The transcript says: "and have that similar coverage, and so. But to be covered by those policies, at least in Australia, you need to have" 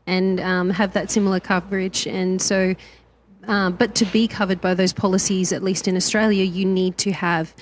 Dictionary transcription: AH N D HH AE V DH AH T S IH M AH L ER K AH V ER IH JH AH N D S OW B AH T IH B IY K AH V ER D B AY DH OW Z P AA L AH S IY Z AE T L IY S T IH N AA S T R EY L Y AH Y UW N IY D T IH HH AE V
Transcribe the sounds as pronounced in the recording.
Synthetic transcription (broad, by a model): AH N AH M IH V DH AH T S IH M L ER K AH V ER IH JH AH N S OW B AH T IH B IY K AH V ER D B AY DH OW Z P AA L AH S IY Z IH T L IY S T IH N AA S T R EY L Y AH Y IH N IY D T IH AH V